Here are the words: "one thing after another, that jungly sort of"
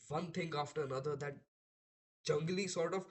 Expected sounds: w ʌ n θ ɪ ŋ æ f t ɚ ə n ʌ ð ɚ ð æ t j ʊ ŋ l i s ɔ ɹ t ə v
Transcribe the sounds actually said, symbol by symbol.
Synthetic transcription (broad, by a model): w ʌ n t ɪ ŋ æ f t ɚ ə n ʌ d ɚ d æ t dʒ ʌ ŋ l i s ɔ ɹ t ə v